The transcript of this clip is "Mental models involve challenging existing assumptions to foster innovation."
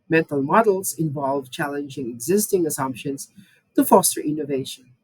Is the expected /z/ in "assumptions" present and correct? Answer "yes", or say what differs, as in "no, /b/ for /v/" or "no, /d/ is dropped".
no, /s/ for /z/